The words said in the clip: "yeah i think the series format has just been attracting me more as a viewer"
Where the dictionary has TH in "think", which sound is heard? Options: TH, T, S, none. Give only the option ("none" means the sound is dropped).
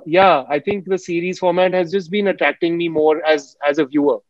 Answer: T